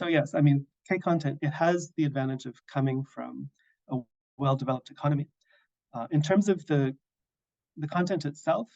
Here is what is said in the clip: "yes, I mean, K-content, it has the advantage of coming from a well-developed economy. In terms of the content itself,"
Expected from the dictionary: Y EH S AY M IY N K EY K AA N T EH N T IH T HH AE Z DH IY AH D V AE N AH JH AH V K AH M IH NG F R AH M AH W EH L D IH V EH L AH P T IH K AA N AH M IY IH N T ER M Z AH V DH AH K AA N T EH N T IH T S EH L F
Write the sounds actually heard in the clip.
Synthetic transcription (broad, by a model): Y EH S AY M IY N K EY K AA N T EH N T IH T HH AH Z DH IY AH D V AE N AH JH AH V K AH M IH NG F R AH M AH W EH L D IH V EH L AH P T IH K AA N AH M IY IH N T ER M Z AH V DH AH K AA N T EH N T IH T S EH L F